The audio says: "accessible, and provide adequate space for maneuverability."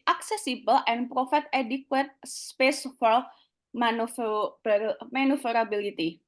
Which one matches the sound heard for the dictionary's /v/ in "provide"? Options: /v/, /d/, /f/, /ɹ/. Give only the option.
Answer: /f/